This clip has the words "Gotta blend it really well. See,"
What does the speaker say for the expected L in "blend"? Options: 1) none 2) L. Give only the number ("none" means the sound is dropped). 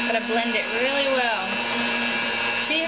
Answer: 2